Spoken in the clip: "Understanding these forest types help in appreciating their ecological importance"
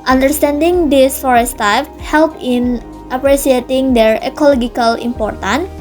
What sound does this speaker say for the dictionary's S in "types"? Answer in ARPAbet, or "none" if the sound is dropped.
none